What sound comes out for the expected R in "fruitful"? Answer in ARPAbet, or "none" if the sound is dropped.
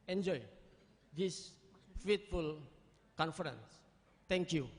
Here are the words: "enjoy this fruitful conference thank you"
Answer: none